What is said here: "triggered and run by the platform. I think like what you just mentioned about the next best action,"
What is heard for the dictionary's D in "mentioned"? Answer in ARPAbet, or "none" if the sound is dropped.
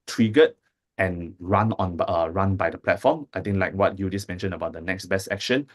none